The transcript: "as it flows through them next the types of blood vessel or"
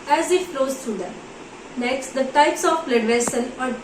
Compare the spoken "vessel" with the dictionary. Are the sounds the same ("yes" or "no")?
no